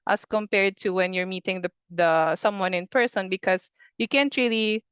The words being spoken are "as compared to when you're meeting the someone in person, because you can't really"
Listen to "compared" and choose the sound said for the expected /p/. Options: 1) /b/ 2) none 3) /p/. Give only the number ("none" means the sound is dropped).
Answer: 3